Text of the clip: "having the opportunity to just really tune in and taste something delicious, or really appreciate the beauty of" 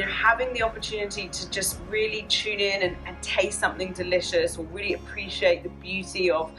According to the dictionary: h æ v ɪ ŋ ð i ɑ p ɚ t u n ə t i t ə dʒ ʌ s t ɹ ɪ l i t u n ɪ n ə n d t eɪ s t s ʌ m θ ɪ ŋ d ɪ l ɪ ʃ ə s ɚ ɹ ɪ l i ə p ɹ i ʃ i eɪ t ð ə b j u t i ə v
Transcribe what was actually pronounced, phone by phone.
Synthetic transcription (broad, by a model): h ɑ v ɪ ŋ ð i ɑ p ɚ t u n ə t i t ə dʒ ʌ s t ɹ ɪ l i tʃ u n ɪ n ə n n t eɪ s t s ʌ m θ ɪ ŋ d ɪ l ɪ ʃ ə s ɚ ɹ ɪ l i ə p ɹ i ʃ i eɪ t ð ə b j u t i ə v